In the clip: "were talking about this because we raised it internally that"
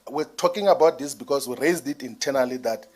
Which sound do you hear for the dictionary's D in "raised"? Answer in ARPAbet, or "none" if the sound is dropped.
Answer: D